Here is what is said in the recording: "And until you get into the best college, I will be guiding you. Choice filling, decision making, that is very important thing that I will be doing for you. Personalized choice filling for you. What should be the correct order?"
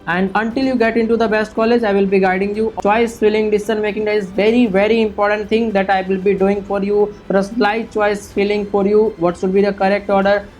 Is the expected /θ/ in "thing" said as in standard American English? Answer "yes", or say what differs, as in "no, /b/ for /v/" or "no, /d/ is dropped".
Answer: no, /t/ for /θ/